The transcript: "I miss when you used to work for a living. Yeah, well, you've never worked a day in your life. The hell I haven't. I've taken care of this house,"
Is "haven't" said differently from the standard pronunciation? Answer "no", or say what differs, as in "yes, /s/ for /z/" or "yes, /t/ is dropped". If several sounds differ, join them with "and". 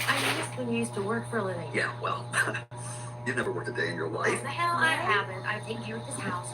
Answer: yes, /p/ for /v/